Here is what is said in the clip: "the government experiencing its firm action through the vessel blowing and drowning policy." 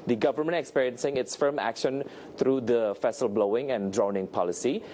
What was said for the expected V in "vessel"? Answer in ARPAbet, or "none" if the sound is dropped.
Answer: F